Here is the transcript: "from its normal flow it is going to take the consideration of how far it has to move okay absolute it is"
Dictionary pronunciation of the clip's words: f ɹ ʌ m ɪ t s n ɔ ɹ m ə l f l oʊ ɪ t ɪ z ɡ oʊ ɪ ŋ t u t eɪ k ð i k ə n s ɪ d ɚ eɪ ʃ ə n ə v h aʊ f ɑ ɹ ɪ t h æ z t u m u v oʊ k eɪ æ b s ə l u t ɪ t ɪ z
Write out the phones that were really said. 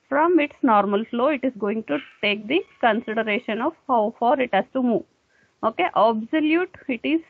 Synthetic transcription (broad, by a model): f ɹ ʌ m ɪ t s n ɔ ɹ m ə l f l oʊ ɪ t ɪ z ɡ oʊ ɪ ŋ t u t eɪ k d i k ə n s ɪ d ɚ eɪ ʃ ə n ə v h aʊ f ɑ ɹ ɪ t h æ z t u m u v oʊ k eɪ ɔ b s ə l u t ɪ t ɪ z